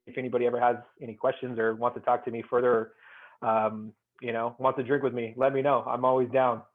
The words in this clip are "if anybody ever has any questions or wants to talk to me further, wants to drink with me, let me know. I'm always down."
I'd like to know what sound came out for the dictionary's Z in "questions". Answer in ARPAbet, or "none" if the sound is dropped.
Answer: Z